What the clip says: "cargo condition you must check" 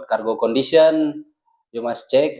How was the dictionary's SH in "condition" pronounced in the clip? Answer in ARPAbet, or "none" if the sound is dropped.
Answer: S